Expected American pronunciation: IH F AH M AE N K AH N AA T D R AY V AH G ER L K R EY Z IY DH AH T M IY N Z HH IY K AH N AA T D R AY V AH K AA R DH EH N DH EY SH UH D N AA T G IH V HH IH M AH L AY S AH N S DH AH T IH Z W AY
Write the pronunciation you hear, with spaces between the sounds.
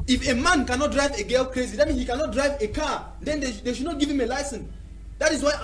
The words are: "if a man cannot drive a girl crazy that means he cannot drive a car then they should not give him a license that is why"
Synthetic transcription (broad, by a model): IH F AH M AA N K AH N AA T D R AY V AH G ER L K R EY Z IY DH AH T M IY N HH IY K AH N AA T D R AY V AH K AA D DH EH N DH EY SH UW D N AA T G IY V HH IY M AH L AY S AH N S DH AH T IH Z W AY